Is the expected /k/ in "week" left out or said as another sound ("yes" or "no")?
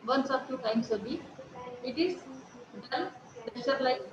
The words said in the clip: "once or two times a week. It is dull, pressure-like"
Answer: yes